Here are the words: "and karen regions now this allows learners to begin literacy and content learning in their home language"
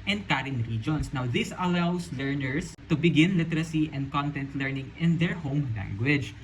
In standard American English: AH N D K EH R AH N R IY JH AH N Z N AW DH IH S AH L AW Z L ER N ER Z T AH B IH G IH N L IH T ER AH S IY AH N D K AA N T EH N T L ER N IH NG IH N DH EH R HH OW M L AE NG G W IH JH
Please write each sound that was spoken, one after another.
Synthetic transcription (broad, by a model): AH N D K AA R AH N R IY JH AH N S N AW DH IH S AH L AW S L ER N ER S T AH B IH G IH N L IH T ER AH S IY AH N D K AA N T EH N T L ER N IH NG IH N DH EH R HH OW M L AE NG G W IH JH